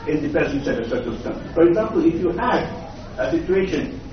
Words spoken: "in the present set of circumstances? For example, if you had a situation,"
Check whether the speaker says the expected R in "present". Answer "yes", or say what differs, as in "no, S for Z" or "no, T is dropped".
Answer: no, R is dropped